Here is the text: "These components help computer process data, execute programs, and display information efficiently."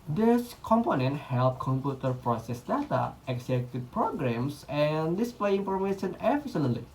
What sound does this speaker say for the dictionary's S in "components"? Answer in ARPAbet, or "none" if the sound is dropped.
none